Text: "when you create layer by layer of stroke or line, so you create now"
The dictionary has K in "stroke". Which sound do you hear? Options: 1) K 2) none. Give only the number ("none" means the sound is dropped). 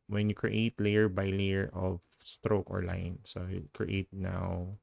1